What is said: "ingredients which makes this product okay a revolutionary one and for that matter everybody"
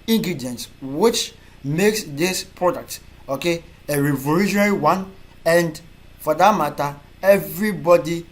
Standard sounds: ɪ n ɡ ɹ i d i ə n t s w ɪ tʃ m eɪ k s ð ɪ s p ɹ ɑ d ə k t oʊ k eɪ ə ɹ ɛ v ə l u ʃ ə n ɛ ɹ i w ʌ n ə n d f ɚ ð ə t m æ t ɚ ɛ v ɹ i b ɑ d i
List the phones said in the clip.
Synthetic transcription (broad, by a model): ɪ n ɡ ɹ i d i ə n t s w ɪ tʃ m eɪ k s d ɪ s p ɹ ɑ d ə k t oʊ k eɪ ə ɹ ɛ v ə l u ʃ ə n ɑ ɹ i w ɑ n ə n d f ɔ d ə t m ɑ t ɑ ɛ v ɹ i b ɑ d i